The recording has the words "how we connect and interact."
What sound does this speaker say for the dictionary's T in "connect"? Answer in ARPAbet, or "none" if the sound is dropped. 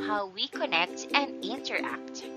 T